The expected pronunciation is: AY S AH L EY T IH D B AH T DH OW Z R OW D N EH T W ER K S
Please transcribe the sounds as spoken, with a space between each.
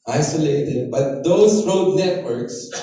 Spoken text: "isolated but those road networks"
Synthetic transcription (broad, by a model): AY S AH L EY T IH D B AH T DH OW S R OW D N EH T W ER K S